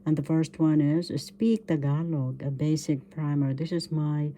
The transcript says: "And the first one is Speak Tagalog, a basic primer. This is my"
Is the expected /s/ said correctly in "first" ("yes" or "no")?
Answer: yes